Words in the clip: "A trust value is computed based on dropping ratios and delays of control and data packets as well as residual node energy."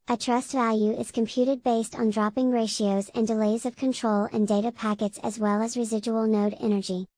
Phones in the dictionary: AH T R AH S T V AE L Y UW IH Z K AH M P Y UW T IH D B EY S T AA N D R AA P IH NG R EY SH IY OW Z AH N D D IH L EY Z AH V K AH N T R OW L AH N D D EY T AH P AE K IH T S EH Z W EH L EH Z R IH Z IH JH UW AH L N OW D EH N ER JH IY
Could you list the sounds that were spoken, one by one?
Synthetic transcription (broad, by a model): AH T R AH S T V AE L Y UW IH Z K AH M P Y UW T IH D B EY S T N D R AA P IH NG R EY SH IY OW Z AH N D D IH L EY Z AH V K AH N T R OW L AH N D D EY T AH P AE K IH T S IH Z W EH L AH Z R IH Z IH JH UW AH L N OW D EH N ER JH IY